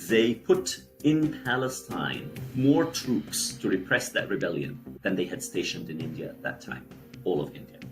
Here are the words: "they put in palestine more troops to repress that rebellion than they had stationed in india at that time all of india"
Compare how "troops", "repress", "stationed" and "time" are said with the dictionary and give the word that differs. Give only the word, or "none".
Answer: none